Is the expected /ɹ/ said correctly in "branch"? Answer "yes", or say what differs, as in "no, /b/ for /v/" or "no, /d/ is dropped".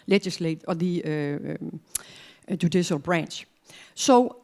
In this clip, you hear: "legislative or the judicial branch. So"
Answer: yes